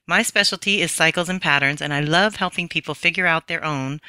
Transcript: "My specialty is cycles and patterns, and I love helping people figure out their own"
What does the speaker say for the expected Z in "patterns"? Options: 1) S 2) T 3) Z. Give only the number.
3